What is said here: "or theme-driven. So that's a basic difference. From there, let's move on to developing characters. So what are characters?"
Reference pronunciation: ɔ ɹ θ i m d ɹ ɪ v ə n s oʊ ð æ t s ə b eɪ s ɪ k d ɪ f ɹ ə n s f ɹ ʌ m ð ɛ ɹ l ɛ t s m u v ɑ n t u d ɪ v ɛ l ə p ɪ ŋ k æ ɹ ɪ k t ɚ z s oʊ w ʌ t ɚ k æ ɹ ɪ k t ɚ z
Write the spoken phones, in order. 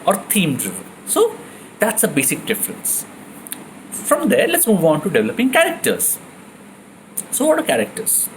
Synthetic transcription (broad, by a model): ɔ ɹ t i m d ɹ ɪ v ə l s oʊ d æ t s ə b eɪ s ɪ k d ɪ f ɹ ə n s f ɹ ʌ m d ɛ ɹ l ɛ t s m u v ɑ n t u d ɪ v ɛ l ə p ɪ ŋ k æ ɹ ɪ k t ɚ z s oʊ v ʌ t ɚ k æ ɹ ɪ k t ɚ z